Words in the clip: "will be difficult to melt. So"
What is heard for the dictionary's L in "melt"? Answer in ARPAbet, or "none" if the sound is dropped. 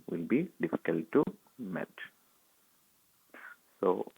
none